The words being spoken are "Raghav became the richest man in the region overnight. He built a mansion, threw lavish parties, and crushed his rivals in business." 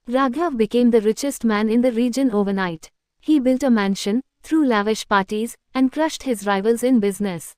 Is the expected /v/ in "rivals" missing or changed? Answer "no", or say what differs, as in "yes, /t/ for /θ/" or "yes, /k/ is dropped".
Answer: no